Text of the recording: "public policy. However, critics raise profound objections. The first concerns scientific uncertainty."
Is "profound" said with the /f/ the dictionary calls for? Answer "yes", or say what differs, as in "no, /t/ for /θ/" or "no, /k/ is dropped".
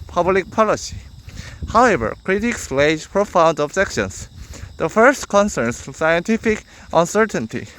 yes